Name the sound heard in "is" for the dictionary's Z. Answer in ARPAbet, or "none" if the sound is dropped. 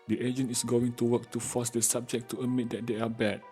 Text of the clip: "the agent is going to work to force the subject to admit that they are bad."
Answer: S